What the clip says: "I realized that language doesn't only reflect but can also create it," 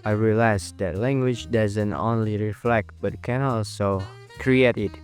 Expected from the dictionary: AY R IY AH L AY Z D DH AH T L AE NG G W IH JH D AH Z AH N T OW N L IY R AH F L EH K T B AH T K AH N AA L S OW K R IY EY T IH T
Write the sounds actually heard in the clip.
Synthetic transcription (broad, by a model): AY R IY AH L AY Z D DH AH T L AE NG G W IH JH D AH Z AH N T OW N L IY R AH F L EH K T B AH T K AH N AA L S OW K R IY EY T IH T